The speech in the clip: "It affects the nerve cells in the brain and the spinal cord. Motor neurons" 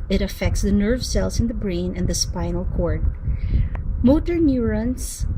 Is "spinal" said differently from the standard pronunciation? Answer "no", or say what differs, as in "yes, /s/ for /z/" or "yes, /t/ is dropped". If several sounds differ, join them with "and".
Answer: no